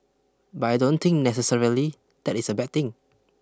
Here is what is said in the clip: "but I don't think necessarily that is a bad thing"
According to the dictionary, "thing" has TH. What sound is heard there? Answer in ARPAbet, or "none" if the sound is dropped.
T